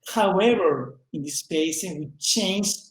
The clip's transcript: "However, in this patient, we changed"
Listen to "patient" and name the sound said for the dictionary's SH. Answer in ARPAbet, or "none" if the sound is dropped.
S